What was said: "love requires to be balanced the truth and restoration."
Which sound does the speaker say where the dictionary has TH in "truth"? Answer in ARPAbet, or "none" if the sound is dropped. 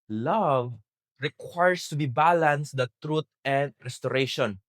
T